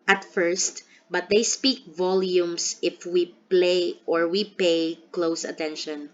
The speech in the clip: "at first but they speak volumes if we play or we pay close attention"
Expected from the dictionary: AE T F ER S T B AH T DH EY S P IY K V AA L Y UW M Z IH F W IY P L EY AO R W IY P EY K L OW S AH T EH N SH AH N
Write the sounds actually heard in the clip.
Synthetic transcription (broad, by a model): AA T F ER S T B AH T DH EY S P IY K V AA L Y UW M S IH F W IY P L EY AO R W IY P EY K L OW S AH T EH N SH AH N